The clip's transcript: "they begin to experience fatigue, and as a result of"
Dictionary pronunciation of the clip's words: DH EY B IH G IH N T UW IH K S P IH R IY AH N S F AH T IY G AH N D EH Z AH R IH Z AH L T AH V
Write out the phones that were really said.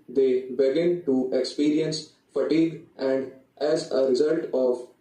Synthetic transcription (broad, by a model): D EY B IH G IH N T UW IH K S P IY R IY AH N S F AH T IY G AH N D EH Z AH R IH Z AH L T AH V